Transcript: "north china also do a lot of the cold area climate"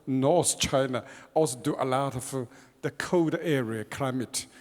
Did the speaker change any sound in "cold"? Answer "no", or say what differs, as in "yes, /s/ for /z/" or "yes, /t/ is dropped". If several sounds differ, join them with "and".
yes, /l/ is dropped